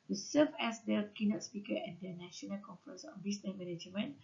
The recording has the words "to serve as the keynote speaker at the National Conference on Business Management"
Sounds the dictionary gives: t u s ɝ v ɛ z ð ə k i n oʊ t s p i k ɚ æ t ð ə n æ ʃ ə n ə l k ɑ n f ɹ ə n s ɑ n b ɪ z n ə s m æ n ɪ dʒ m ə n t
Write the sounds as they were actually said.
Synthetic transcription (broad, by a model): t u s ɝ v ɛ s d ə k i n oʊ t s p i k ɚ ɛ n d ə n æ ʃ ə n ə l k ɑ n f ɹ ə n s ɑ n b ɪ s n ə m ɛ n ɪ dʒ m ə n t